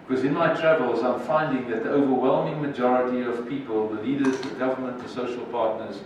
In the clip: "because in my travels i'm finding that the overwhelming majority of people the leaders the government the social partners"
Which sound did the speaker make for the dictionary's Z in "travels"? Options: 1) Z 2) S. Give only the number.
1